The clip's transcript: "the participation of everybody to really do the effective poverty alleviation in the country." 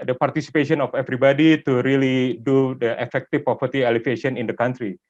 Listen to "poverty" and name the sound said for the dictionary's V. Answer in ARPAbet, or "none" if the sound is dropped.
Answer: P